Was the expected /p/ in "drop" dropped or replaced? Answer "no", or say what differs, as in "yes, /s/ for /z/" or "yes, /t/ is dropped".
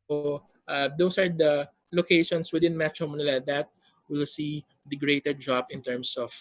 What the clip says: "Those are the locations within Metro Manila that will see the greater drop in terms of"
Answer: yes, /b/ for /p/